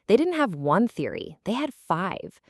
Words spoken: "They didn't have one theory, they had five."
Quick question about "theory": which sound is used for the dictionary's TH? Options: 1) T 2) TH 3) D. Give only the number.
2